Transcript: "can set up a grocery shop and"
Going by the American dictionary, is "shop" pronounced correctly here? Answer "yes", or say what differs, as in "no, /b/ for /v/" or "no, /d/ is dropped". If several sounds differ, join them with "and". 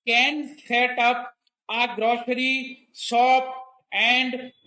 no, /s/ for /ʃ/